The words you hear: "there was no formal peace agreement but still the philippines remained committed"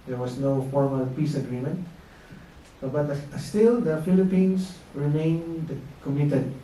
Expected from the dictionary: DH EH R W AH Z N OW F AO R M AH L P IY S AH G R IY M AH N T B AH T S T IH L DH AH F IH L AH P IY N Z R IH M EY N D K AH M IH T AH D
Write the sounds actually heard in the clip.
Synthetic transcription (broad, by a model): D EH R W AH S N OW F AO R M AH L P IY S AH G R IY M AH N T B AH T S T IH L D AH F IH L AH P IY N S R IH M EY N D K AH M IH T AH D